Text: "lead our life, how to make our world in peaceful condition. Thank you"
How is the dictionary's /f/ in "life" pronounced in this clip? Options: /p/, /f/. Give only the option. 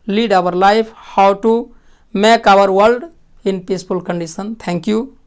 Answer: /p/